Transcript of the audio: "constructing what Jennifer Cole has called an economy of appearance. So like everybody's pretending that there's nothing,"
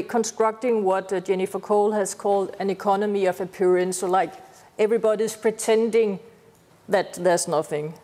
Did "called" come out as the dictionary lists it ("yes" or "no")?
yes